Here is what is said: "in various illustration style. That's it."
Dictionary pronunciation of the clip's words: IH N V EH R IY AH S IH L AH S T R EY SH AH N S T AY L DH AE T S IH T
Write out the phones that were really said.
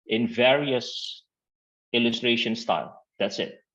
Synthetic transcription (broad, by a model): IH N V EH R IY AH S IH L AH S T R EY SH AH N S T AY L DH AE T S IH T